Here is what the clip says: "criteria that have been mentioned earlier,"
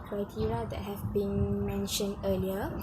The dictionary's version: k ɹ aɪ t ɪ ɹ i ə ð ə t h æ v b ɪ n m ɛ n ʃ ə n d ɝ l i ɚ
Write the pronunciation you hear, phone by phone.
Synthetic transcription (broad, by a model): k ɹ aɪ t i ɹ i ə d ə t h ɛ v b ɪ n m ɛ n ʃ ə n d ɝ l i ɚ